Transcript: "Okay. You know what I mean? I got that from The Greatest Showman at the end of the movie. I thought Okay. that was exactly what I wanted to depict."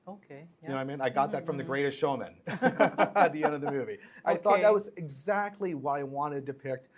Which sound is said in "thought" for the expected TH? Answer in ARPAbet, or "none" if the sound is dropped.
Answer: TH